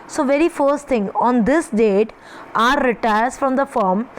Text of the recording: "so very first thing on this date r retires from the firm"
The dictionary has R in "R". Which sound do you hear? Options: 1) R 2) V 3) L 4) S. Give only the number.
1